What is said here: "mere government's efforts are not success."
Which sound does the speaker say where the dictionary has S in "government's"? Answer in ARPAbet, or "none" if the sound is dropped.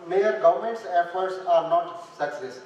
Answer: S